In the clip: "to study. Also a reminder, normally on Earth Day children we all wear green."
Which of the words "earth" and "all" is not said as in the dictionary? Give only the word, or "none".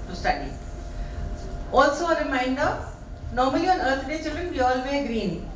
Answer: earth